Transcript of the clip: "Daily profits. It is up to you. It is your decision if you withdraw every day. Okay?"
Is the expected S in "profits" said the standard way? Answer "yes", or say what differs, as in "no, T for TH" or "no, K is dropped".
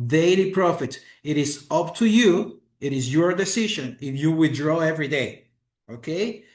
no, S is dropped